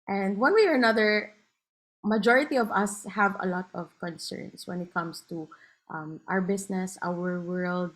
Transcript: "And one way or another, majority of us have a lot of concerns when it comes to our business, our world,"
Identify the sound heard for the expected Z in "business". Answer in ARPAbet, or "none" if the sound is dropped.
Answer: S